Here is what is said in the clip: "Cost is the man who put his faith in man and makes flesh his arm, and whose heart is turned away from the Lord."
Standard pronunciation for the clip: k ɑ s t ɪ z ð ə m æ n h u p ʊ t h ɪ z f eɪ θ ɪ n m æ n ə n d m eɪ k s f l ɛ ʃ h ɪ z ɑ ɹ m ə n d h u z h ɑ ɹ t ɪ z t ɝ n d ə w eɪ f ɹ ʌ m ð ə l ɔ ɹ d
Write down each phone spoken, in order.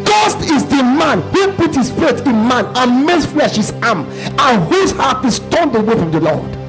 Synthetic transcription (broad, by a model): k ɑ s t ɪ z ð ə m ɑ n h u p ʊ t h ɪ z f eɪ s ɪ n m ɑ n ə n m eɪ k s f l ɛ ʃ h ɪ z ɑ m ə n h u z h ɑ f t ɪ s t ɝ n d ə w eɪ f ɹ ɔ m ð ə l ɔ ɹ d